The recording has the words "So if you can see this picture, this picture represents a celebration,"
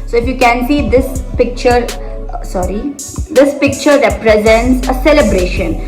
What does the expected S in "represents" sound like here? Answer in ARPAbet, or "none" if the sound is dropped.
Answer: S